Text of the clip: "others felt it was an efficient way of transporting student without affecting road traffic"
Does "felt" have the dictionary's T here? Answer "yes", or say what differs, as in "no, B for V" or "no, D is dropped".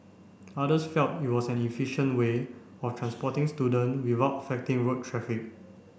yes